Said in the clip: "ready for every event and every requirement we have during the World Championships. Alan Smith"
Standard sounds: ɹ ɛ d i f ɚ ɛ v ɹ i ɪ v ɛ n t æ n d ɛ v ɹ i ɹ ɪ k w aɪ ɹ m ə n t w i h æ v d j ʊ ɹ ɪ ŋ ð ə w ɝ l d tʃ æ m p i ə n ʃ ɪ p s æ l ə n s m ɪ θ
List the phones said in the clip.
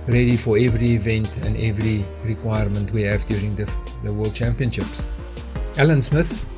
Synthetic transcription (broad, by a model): ɹ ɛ d i f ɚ ɛ v ɹ i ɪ v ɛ n t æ n d ɛ v ɹ i ɹ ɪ k w aɪ ɹ m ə n t w i h æ v d j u ɹ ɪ ŋ ð ə w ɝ l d tʃ æ m p i ə n ʃ ɪ p s æ l ə n s m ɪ θ